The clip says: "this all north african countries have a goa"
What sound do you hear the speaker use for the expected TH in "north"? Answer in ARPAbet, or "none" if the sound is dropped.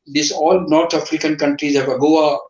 T